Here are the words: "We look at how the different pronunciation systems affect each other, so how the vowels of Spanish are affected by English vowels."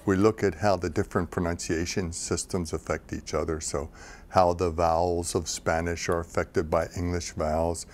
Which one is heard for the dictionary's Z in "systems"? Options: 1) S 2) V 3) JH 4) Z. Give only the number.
4